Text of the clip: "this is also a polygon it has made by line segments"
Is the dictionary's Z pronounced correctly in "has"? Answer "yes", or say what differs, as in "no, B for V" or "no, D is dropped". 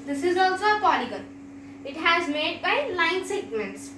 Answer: yes